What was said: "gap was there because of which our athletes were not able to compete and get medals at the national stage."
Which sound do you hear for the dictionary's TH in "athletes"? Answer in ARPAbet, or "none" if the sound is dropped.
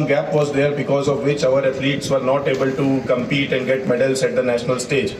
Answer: F